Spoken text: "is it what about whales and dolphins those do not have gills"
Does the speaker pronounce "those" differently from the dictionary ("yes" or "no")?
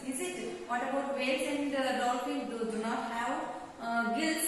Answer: yes